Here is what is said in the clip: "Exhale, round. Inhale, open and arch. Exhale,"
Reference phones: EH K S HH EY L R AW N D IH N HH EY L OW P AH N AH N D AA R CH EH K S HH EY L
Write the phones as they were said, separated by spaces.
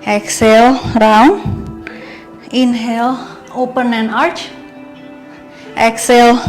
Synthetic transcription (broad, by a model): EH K S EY L R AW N IH N HH EY L OW P AH N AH N AA R CH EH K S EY L